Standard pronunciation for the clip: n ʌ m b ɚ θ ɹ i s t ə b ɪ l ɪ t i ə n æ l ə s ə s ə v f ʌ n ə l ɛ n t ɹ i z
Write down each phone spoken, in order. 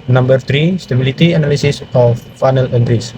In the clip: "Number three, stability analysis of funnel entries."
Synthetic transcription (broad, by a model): n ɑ m b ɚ t ɹ i s t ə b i l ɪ t i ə n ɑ l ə s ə s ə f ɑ n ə l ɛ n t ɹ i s